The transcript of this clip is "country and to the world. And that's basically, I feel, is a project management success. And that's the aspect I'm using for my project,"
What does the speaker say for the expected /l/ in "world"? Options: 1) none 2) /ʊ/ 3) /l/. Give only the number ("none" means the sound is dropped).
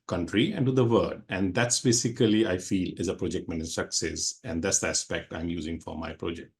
1